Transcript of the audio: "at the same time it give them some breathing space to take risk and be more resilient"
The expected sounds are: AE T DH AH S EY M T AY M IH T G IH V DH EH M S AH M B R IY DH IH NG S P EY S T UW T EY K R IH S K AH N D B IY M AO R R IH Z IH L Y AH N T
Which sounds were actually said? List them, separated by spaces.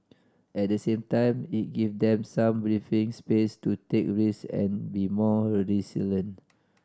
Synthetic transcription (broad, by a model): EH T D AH S EY M T AY M IH T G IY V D EH M S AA M B R IY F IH NG S P EY S T UW T EY K R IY S AH N B IY M AO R R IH S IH L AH N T